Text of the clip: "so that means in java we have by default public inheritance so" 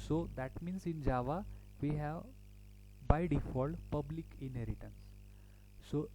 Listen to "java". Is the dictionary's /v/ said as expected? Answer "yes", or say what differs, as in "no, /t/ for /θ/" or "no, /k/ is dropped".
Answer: yes